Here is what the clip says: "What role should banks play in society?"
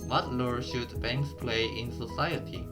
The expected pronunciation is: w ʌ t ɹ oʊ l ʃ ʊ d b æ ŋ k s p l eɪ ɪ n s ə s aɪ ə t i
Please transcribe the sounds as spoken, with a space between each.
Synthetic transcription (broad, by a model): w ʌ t l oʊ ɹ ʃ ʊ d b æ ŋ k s p l eɪ ɪ n s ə s aɪ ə t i